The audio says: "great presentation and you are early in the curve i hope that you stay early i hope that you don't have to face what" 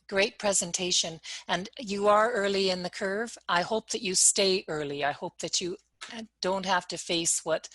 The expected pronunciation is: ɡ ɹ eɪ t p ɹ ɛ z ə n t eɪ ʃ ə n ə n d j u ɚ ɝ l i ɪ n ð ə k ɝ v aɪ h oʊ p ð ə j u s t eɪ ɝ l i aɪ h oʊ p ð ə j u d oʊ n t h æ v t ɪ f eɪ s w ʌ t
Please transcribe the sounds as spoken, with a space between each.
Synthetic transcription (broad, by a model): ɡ ɹ eɪ t p ɹ ɛ z ə n t eɪ ʃ ə n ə n j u ɚ ɝ l i ɪ n ð ə k ɝ v aɪ h oʊ p ð ə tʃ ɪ s t eɪ ɝ l i aɪ h oʊ p ð ə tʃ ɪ d oʊ n t h æ f t ɪ f eɪ s w ʌ t